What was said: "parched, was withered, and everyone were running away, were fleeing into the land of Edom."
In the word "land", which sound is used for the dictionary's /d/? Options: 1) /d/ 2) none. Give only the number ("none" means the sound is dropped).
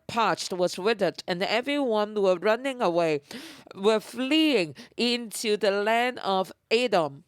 1